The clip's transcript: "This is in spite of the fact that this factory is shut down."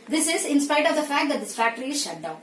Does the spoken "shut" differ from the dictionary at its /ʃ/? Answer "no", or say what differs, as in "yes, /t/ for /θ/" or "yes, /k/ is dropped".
no